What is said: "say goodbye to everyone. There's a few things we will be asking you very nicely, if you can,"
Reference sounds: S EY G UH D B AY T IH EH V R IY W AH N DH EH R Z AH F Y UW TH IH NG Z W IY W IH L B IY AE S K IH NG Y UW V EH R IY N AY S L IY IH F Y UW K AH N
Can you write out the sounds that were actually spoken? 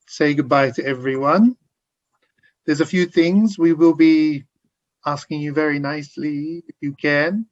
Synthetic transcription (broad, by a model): S EY G UH D B AY T IH EH V R IY W AH N DH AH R Z AH F Y UW TH IH NG Z W IY W IH L B IY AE S K IH NG Y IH V EH R IY N AY S L IY IH F Y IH K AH N